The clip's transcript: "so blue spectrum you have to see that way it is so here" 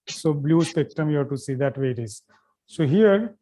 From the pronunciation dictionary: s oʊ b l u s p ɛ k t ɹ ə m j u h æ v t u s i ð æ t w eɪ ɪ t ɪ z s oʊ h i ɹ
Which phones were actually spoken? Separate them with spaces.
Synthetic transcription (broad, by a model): s oʊ b l u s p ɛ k t ə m j u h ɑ t u s i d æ t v eɪ ɪ t ɪ z s oʊ h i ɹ